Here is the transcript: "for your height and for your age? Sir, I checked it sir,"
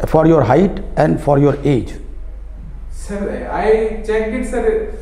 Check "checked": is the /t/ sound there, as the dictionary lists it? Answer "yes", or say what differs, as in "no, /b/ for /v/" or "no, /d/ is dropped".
no, /t/ is dropped